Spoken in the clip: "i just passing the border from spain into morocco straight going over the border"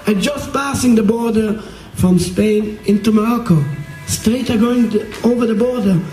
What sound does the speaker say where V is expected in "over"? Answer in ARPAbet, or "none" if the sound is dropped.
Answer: V